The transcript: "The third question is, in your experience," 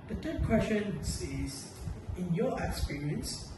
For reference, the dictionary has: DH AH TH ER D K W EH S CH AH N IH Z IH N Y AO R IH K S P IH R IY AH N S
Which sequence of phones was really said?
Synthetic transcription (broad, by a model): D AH T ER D K W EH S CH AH N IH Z IH N Y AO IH K S P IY R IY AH N S